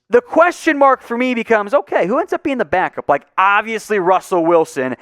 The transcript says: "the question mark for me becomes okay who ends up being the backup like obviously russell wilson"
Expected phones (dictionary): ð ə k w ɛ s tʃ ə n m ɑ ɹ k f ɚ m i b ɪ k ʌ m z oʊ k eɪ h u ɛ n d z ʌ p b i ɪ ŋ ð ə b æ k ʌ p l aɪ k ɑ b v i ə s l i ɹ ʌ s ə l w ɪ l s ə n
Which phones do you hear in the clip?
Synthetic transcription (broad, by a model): ð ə k w ɛ s tʃ ə n m ɑ ɹ k f ɚ m i b ɪ k ʌ m z oʊ k eɪ h u ɛ n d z ʌ p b i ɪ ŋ ð ə b æ k ʌ p l aɪ k ɑ b v i ə s l i ɹ ʌ s l w ɪ l s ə n